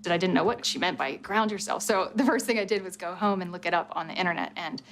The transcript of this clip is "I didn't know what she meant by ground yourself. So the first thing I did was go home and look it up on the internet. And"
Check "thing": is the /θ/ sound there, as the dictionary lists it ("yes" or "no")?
yes